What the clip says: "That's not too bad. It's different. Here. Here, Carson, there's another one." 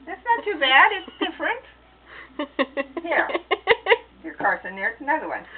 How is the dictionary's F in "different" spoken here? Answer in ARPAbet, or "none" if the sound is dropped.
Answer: F